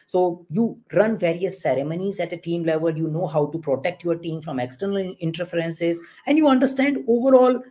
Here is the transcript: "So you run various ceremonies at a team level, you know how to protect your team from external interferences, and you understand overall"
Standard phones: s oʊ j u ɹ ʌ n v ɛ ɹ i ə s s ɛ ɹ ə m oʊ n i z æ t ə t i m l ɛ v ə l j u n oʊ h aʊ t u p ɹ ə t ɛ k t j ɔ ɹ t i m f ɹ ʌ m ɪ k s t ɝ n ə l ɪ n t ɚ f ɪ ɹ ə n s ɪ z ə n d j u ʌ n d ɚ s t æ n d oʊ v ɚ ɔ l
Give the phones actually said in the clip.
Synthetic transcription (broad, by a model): s oʊ j u ɹ ʌ n v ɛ ɹ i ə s s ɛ ɹ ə m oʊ n i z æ t ə t i m l ɛ v ə l j u n oʊ h aʊ t u p ɹ ə t ɛ k t j ɔ ɹ t i m f ɹ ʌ m ɪ k s t ɝ n ə l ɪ n t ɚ f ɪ ɹ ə n s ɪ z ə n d j u ʌ n d ɚ s t æ n d oʊ v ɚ ɔ l